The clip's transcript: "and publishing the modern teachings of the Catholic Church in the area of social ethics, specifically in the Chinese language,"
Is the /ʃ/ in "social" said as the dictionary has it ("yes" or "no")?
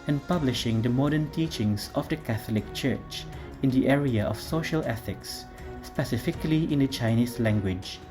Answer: yes